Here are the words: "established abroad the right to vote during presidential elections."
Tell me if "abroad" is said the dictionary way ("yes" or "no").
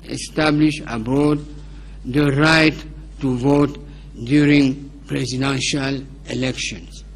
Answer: no